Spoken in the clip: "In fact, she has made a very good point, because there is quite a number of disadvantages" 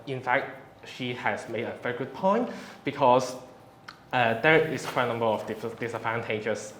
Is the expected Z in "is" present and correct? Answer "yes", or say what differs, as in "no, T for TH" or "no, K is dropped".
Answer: no, S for Z